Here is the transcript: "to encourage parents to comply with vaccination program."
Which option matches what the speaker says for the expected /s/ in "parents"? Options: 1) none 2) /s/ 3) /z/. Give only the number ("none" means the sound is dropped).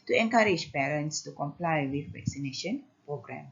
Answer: 2